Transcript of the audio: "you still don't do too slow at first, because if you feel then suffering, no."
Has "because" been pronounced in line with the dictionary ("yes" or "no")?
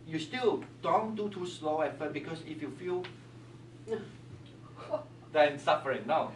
no